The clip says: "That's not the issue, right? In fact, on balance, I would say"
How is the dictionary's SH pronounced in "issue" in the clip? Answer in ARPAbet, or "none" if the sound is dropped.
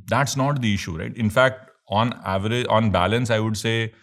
SH